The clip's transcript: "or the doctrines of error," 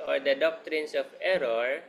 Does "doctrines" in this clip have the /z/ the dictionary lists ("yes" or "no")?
no